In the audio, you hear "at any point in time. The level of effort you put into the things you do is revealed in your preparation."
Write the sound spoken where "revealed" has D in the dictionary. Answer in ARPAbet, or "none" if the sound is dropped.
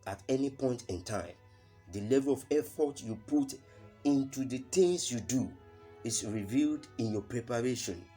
D